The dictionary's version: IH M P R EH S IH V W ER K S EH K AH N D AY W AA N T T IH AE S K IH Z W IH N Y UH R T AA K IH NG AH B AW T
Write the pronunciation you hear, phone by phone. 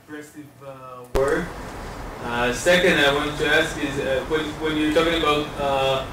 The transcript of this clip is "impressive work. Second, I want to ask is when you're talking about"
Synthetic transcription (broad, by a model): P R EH S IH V W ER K S EH K AH N D AY W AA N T T IH AE S K IH Z W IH N Y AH R T AA K IH NG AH B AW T